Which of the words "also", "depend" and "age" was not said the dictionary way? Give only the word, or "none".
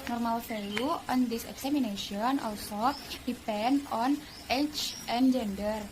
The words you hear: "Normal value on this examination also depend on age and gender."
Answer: age